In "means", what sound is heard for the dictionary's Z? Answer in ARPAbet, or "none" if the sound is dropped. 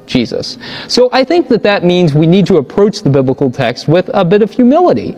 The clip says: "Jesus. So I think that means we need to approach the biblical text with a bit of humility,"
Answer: Z